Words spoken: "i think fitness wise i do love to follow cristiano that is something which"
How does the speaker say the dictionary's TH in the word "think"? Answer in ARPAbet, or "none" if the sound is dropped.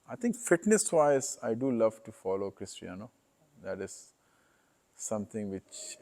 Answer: T